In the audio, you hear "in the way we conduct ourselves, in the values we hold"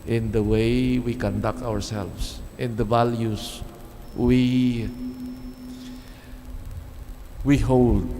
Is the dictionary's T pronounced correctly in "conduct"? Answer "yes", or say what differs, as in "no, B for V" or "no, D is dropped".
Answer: yes